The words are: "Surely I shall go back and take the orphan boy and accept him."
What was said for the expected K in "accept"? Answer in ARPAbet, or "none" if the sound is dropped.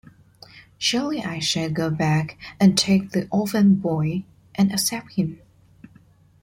none